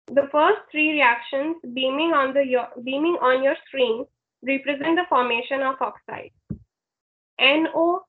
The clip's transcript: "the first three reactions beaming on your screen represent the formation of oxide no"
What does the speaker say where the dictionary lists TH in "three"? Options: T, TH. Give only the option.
T